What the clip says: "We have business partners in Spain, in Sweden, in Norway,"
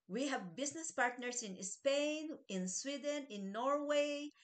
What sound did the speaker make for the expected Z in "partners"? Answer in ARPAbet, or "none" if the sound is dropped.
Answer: S